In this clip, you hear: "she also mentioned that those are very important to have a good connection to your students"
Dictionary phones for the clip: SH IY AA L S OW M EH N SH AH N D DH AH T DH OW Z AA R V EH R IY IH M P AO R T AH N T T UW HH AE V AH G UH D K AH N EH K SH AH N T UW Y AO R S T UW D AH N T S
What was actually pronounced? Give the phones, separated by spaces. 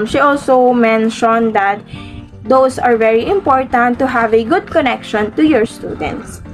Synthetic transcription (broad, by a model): SH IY AA L S OW M EH N SH AH N D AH T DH OW S AA R V EH R IY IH M P AO R T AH N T T UW HH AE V AH G UH D K AH N EH K SH AH N T UW Y AO R S T UW D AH N T S